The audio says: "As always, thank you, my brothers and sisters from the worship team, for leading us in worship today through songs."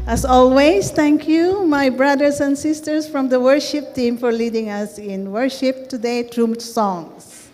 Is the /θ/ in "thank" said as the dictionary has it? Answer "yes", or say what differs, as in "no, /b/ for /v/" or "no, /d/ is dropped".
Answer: no, /t/ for /θ/